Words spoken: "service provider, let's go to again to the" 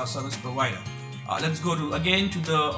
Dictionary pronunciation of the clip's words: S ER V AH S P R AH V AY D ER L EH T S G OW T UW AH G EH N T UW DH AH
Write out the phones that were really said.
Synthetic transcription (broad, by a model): S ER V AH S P AH W AY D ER L EH T S G OW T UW AH G EH N T UW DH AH